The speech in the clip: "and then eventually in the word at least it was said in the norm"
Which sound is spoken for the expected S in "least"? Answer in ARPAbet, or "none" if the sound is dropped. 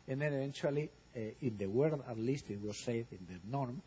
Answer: S